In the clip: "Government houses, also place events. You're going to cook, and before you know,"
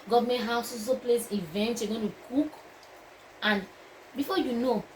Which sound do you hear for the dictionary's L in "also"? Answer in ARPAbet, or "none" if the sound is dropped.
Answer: none